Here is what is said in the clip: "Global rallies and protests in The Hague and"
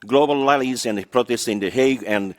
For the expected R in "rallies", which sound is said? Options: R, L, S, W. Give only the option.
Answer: L